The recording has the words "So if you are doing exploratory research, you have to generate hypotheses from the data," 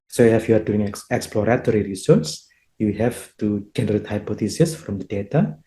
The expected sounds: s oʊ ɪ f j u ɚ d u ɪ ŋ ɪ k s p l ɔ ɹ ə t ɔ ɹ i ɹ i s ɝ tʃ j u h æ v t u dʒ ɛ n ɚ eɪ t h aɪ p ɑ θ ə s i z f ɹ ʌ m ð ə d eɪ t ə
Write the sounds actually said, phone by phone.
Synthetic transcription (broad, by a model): s oʊ ɪ f j u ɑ d u ɪ ŋ ɪ k s p l ɔ ɹ ə t ɔ ɹ i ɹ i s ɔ s j u h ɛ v t u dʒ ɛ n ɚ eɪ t h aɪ p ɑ t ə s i s f ɹ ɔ m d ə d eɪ t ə